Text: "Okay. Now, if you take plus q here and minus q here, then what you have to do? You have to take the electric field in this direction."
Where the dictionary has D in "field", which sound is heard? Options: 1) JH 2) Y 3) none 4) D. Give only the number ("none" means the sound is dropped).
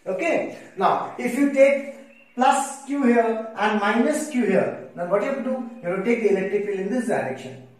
3